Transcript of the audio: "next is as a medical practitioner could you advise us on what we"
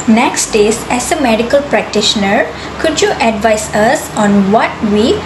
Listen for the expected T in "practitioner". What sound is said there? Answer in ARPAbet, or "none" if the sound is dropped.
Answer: T